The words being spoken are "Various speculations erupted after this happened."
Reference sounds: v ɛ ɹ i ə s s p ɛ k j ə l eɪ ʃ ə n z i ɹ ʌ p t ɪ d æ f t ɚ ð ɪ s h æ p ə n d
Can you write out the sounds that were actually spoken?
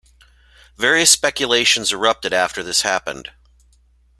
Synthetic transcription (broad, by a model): v ɛ ɹ i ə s s p ɛ k j ə l eɪ ʃ ə n z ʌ ɹ ʌ p t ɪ d æ f t ɚ ð ɪ s h æ p ə n d